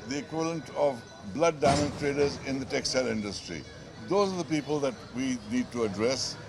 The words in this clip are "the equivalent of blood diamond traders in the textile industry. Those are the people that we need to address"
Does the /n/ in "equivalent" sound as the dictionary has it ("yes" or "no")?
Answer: yes